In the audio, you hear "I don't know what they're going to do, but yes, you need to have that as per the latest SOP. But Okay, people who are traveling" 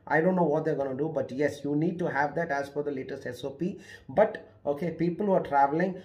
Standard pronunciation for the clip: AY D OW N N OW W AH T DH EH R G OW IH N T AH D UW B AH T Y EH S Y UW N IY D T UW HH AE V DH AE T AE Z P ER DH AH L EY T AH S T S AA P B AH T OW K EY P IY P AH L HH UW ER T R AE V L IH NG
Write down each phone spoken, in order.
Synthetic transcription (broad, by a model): AY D OW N N OW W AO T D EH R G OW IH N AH D UW B AH T Y EH S Y UW N IY D T UW HH AE V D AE T AE Z F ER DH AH L EY T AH S T S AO P B AH T OW K EY P IY P AH L HH UW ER T R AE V L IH NG